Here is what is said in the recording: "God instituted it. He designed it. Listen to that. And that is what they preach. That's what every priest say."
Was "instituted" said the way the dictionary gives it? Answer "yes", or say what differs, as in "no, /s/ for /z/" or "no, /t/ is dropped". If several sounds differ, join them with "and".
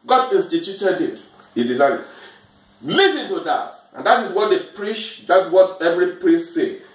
no, /n/ is dropped